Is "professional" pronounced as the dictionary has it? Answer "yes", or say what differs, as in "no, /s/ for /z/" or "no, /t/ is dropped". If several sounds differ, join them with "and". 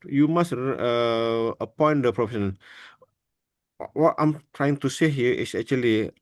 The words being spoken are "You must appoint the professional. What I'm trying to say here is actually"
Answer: no, /n/ is dropped and /n/ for /l/